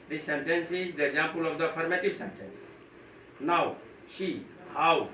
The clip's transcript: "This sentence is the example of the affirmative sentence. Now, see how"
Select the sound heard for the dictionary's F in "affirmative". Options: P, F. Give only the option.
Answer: P